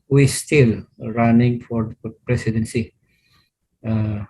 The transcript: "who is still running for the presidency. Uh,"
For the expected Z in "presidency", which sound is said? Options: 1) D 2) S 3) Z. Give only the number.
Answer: 2